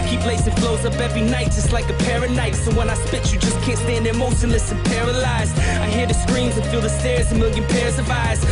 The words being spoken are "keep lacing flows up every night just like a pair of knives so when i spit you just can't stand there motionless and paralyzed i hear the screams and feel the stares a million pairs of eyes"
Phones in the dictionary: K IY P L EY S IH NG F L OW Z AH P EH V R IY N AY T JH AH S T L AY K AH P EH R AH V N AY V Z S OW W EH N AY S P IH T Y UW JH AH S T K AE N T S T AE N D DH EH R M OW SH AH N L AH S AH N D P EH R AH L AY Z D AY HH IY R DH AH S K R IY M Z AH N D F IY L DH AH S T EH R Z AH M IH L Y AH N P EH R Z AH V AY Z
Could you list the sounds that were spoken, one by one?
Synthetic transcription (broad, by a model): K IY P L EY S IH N F L OW Z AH B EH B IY N AY T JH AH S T L AY K AH P EH R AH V N AY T S OW W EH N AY S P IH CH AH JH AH S K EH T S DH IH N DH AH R M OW S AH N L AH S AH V P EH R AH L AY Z AY HH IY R DH AH S K R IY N Z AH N F IY L DH AH S T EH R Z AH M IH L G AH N P EH R Z AH V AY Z